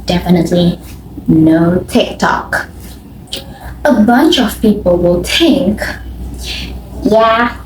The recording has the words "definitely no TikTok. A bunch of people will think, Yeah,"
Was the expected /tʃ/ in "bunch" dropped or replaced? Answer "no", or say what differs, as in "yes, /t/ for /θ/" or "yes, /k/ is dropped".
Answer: no